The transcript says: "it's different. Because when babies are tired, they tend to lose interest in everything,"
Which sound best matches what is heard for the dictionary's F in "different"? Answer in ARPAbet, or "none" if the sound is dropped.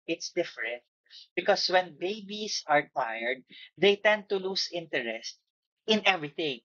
F